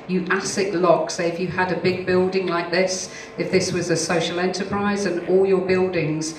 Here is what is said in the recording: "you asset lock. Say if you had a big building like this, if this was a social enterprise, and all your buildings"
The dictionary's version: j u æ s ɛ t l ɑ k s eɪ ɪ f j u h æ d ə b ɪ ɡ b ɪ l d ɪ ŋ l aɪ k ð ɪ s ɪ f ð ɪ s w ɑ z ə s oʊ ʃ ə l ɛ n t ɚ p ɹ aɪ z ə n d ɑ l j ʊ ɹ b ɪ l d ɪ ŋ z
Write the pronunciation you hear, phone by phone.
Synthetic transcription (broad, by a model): j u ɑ s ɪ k l ɑ k s eɪ ɪ f j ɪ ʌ d ə b ɪ ɡ b ɪ l d ɪ ŋ l aɪ k ð ɪ s ɪ f ð ɪ s w ɑ z ə s oʊ ʃ ə l ɛ n t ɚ p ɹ aɪ z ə n ɑ l j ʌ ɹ b ɪ l d ɪ ŋ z